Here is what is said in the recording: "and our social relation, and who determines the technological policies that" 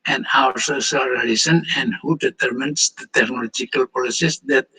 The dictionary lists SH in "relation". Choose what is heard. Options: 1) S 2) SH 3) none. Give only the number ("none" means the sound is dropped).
1